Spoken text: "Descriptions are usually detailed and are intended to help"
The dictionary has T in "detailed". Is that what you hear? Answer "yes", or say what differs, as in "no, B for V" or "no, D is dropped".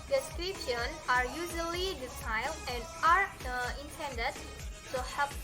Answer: no, S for T